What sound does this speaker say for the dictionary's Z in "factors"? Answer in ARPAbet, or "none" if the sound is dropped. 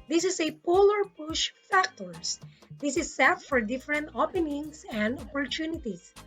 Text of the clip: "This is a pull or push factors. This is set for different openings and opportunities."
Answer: S